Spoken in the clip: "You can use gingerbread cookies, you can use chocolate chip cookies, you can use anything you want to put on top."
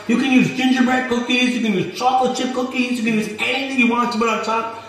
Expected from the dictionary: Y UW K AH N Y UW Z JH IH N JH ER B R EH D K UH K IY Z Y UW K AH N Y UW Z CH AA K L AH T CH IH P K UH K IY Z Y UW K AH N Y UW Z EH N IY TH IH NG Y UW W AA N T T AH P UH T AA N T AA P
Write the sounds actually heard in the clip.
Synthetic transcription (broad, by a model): Y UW K AH N Y UW Z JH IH N JH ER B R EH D K UH K IY Z Y UW K AH N Y UW Z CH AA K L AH CH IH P K UH K IY Z Y UW K AH N Y UW Z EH IY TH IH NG Y UW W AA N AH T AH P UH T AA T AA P